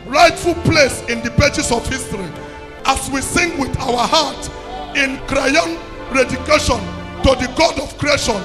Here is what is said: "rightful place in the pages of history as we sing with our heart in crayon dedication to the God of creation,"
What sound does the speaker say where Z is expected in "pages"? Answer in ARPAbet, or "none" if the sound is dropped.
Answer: S